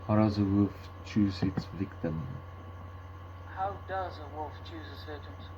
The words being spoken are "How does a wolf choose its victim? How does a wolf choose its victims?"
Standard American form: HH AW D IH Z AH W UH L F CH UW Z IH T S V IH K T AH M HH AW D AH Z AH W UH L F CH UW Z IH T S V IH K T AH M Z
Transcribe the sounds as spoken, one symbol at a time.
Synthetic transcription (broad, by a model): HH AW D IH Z AH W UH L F CH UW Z IH T S V IH K T AH M HH AW D AH Z AH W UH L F CH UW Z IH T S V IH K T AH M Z